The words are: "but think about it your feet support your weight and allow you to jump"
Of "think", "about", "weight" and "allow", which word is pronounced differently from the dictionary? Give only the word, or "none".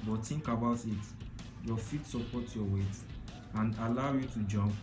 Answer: think